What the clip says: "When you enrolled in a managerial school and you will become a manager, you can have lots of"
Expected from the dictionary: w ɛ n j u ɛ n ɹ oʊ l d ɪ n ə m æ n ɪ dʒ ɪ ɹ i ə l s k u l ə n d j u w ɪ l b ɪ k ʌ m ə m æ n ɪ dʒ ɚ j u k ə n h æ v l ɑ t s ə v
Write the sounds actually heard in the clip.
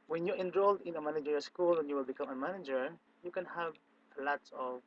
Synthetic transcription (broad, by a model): w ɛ n j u ɛ n ɹ oʊ l d ɪ n ə m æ n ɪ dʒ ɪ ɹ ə s k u l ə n j u w ɪ l b ɪ k ʌ m ə m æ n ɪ dʒ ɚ j u k ə n h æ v l ɑ t s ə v